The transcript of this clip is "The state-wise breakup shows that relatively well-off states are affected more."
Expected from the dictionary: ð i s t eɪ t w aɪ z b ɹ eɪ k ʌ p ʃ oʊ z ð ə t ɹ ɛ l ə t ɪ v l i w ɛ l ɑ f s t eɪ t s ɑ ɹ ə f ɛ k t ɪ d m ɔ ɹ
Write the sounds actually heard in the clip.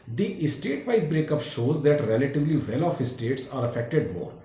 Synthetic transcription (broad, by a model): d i s t eɪ t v aɪ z b ɹ eɪ k ʌ p ʃ oʊ z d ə t ɹ ɛ l ə t ɪ v l i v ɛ l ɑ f s t eɪ t s ɑ ɹ ə f ɛ k t ɪ d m ɔ ɹ